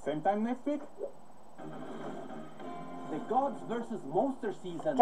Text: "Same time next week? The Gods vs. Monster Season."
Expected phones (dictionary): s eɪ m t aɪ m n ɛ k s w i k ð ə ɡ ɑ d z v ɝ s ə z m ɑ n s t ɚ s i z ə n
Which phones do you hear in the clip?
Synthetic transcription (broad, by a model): s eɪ m t aɪ m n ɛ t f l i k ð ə ɡ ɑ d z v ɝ s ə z m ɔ s t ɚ s i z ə n